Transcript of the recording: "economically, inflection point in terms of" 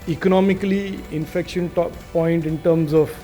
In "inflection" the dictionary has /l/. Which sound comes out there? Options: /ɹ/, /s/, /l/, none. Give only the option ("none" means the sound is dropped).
none